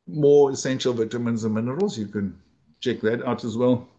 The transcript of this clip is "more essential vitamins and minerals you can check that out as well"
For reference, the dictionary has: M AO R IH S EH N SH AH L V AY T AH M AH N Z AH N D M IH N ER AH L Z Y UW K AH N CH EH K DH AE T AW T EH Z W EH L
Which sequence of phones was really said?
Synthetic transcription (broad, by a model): M AO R IH S EH N SH AH L V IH T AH M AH N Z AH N M IH N ER AH L Z Y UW K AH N CH EH K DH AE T AW T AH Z W EH L